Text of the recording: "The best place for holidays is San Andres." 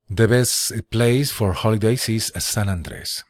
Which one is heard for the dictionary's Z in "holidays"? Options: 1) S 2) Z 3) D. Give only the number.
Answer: 1